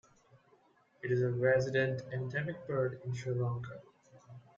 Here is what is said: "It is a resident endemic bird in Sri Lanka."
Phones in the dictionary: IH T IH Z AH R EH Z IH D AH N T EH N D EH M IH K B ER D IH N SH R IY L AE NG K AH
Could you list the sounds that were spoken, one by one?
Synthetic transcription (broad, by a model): IH T IH Z AH R EH Z IH D AH N T EH N D EH M IH K B ER D IH N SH AH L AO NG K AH